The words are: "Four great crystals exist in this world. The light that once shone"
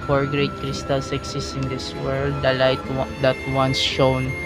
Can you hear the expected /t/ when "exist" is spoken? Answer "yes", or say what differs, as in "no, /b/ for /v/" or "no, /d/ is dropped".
no, /t/ is dropped